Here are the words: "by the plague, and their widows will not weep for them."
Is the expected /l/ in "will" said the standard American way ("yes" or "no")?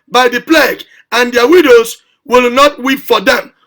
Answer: yes